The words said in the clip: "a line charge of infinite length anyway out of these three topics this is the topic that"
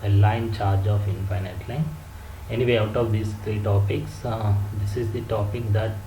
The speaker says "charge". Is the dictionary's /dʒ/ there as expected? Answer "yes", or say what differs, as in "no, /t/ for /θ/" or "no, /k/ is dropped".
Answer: yes